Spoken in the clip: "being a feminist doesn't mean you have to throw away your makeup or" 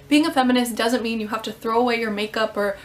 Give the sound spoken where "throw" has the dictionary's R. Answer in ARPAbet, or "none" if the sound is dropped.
R